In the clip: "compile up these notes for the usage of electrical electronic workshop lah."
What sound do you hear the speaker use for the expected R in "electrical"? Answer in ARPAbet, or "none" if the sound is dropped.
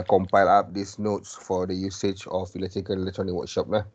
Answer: none